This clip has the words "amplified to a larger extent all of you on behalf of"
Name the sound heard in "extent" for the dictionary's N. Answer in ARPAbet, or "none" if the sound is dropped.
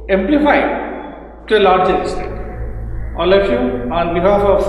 none